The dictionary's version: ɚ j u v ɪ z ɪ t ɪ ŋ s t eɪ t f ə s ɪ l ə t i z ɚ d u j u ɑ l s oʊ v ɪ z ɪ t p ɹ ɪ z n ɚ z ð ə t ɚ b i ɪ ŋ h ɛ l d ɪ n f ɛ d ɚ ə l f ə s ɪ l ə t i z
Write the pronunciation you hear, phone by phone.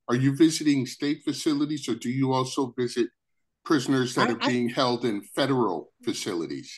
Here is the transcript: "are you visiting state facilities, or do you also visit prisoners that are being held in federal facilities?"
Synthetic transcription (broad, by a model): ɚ j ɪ v ɪ z ɪ t ɪ ŋ s t eɪ t f ə s ɪ l ə t i z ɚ d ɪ j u ɑ l s oʊ v ɪ z ɪ t p ɹ ɪ z n ɚ z ð ə t ɚ b i ɪ ŋ h ɛ l d ɪ n f ɛ d ɚ l f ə s ɪ l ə t i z